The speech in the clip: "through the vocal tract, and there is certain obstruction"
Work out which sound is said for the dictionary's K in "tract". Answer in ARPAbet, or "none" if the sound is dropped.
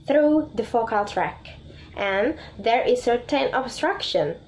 K